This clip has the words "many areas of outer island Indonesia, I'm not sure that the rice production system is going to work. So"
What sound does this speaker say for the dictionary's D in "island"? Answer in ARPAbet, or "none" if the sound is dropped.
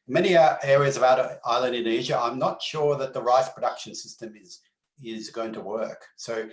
D